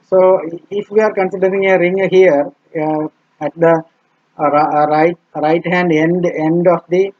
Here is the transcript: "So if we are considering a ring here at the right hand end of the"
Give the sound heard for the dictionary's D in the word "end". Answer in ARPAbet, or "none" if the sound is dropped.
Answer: D